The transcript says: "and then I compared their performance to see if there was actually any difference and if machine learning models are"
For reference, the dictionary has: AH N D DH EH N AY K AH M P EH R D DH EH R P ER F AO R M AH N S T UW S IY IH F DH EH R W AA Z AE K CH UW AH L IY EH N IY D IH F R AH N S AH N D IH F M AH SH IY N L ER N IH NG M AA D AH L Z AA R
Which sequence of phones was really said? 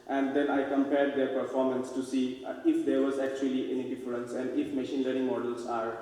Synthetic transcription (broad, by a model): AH N D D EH N AY K AH M P EH R D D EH R P ER F AO R M AH N S T UW S IY IH F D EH R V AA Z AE K CH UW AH L IY EH N IY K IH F L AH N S AH N D IH F M AH SH IY N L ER IH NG M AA D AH L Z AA R